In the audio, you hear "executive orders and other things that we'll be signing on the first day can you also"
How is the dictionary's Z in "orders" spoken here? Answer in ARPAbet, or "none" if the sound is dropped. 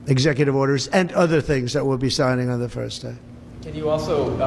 Z